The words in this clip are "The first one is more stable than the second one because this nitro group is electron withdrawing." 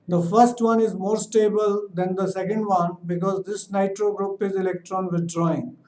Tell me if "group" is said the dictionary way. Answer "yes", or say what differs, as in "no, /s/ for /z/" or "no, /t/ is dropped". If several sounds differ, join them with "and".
yes